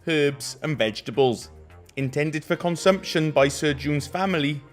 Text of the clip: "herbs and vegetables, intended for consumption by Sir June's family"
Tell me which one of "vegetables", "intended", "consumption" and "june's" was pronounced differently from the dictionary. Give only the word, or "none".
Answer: none